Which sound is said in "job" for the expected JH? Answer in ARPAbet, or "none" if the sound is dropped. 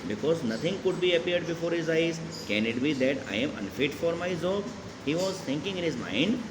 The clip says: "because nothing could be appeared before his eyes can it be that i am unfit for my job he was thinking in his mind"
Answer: Z